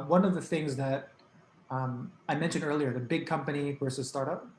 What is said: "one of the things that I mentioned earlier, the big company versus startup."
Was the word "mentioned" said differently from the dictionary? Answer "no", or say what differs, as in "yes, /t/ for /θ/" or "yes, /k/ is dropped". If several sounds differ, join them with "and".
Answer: no